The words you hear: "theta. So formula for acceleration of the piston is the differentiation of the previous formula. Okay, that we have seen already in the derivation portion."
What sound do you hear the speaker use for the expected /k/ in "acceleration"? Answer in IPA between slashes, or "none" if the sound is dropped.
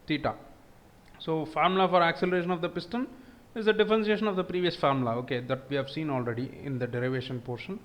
/k/